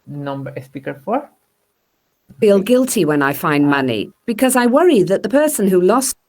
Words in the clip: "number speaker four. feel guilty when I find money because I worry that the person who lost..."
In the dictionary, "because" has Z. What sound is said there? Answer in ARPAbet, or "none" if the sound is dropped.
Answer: Z